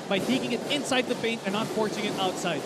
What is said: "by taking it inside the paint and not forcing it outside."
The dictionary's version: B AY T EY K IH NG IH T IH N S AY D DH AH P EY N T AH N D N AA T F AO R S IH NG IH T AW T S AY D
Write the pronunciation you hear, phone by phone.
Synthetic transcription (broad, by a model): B AY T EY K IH NG IH T IH N S AY D DH AH P EY N T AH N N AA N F AO R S IH NG IH T AW T S AY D